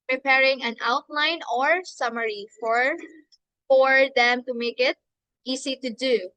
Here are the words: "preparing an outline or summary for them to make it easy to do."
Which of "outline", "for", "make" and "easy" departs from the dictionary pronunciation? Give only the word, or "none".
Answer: easy